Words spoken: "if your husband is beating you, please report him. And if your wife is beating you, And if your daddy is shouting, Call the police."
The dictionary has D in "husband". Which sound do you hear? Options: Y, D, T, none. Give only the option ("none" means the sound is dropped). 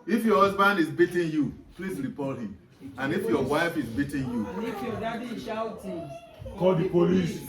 D